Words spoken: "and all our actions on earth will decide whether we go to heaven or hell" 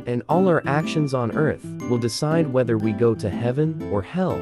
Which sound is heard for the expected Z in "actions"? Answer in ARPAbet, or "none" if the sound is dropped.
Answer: Z